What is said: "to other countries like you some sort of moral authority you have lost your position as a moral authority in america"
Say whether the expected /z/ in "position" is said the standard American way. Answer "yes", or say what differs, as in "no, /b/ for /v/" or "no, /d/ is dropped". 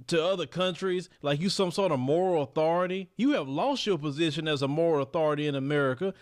yes